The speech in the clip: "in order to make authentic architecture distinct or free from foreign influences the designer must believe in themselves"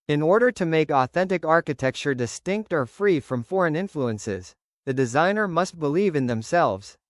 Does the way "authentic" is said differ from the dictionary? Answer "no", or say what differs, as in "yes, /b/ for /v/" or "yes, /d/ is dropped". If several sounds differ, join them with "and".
no